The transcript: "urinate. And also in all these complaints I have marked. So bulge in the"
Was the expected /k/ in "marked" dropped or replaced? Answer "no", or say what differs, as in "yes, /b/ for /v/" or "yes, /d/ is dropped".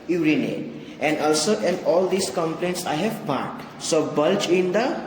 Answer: yes, /k/ is dropped